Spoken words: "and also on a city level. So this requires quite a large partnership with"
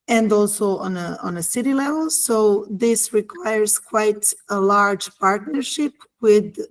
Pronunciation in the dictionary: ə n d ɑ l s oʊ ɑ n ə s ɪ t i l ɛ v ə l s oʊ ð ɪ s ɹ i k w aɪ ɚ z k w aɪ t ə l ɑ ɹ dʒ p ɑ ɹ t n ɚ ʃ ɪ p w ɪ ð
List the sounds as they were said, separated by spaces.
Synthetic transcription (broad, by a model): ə n d ɑ l s oʊ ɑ n ə s ɪ t i l ɛ v ə l s oʊ ð ɪ s ɹ i k w aɪ ɚ z k w aɪ t ə l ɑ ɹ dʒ p ɑ ɹ t n ɚ ʃ ɪ p w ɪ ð